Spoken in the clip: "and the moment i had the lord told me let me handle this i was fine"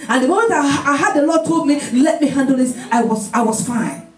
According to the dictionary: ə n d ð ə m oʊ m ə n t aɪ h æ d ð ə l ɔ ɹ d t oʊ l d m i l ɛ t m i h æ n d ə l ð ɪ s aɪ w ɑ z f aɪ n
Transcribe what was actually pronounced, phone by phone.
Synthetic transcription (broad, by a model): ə n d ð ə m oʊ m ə n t aɪ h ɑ d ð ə l ɔ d t oʊ l d m i l ɛ t m i h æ n d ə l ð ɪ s aɪ w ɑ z f aɪ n